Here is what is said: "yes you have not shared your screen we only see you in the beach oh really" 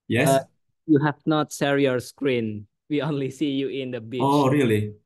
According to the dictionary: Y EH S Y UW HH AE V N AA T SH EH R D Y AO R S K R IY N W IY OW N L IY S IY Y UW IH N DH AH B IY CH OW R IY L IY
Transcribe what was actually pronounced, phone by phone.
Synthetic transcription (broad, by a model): Y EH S Y UW HH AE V N AA T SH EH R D Y AO R S K R IY N W IY OW N L IY S IY Y UW IH N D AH B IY OW R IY L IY